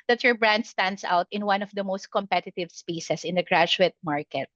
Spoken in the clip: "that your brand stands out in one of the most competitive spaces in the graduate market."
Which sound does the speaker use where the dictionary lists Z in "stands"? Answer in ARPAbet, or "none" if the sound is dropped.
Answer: S